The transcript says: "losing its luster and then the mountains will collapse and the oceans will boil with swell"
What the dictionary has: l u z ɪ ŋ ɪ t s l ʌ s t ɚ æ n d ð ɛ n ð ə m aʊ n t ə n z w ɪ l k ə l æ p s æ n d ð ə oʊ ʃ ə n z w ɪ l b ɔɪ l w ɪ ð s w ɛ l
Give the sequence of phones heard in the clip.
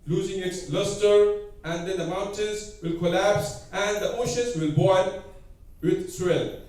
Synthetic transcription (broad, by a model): l u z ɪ ŋ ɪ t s l ʌ s t ɚ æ n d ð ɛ n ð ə m aʊ n t ə n z w ɪ l k ə l æ p s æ n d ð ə oʊ ʃ ə n z w ɪ l b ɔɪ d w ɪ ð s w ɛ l